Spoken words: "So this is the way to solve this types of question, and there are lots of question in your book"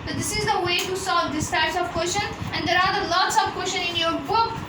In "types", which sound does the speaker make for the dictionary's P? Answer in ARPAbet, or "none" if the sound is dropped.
none